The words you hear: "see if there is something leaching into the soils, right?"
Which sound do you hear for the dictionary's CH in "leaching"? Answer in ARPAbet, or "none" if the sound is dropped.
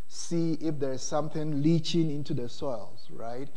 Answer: CH